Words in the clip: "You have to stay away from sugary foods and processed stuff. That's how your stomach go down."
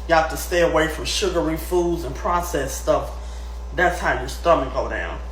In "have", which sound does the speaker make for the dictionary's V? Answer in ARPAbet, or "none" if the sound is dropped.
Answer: F